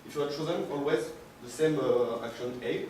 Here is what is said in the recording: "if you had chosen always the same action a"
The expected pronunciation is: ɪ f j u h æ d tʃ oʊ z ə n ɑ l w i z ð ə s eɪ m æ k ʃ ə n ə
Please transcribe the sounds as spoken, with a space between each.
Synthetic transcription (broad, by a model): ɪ f j u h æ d tʃ oʊ z ə n ɑ l w i z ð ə s eɪ m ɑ k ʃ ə n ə